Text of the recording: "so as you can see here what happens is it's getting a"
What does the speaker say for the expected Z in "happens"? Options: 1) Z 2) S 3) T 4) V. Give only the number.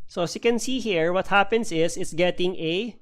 2